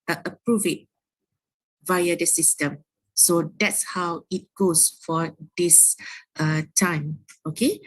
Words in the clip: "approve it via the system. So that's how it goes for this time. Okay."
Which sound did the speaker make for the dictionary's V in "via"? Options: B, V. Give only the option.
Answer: V